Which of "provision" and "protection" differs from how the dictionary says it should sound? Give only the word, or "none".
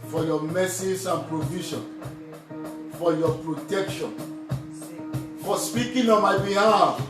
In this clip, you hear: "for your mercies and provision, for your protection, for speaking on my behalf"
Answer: provision